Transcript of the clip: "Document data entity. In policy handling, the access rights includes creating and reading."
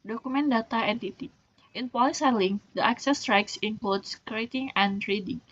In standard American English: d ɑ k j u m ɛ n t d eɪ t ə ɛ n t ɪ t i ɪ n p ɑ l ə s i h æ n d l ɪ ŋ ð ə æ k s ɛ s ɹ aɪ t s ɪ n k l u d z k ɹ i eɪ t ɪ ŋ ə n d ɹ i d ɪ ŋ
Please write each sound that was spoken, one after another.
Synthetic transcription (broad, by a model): d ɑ k u m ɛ n d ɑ t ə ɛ n t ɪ t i ɪ n p ɑ l ə s i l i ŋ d ɪ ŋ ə k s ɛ s ɹ aɪ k s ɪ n k l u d s k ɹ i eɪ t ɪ ŋ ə n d ɹ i d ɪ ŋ